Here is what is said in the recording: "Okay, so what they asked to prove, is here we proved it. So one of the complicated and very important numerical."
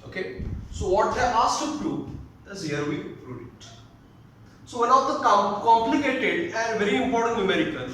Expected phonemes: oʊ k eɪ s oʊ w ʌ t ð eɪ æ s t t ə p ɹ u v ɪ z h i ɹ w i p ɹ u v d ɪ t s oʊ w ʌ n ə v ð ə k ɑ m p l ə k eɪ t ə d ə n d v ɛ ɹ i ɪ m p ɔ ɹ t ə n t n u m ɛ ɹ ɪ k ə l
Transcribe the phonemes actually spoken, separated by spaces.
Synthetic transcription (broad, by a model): oʊ k eɪ s oʊ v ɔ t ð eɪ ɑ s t t ə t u ɪ z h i ɹ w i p ɹ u d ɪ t s oʊ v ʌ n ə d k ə k ɑ m p l ə k eɪ t ə d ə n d v ɛ ɹ i ɪ m p ɔ ɹ t ə n t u m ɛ ɹ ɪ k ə